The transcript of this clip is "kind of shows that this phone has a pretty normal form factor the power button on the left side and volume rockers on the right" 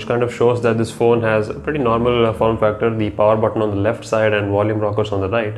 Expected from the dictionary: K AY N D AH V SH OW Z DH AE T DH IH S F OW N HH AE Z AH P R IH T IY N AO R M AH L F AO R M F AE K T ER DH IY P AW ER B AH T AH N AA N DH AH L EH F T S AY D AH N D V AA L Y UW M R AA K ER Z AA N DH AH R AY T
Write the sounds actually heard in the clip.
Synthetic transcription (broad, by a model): K AY N D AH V SH OW Z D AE T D IH S F OW N HH AE Z AH P R IH T IY N AO R M AH L F AO R M F AE K T ER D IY P AW ER B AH T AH N AA N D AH L EH F T S AY D AH N D V AA L Y UW M R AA K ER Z AA N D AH R AY T